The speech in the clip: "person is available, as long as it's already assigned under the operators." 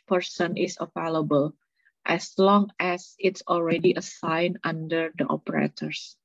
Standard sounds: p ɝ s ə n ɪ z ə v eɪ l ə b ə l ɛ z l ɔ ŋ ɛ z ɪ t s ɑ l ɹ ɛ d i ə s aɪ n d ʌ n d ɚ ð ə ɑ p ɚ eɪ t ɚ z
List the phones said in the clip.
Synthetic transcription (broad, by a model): p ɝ s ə n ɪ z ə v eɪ l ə b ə l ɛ s l ɔ ŋ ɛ s ɪ t s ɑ l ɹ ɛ d i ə s aɪ n ʌ n d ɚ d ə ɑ p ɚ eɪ t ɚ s